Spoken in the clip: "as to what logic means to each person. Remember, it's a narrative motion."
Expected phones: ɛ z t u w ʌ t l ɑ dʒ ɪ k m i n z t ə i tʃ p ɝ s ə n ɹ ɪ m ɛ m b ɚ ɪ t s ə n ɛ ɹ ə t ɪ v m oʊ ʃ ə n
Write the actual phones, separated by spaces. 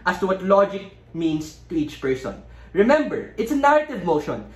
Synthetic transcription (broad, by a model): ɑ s t u w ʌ t l ɑ dʒ ɪ k m i n s t ə i tʃ p ɝ s ə n ɹ ɪ m ɛ m b ɚ ɪ t s ə n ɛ ɹ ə t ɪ v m oʊ ʃ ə n